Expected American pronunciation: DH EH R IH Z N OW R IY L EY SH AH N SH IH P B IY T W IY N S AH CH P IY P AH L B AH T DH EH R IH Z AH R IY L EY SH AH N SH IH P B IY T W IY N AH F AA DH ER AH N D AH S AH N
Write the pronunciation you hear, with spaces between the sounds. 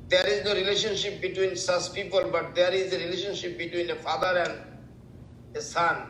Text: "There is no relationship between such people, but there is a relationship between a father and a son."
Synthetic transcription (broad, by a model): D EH R IH Z N OW R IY L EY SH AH N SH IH P B IY T W IY N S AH S P IY P AH L B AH T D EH R IH Z AH R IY L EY SH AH N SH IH P B IY T W IY N AH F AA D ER AH N D AH S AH N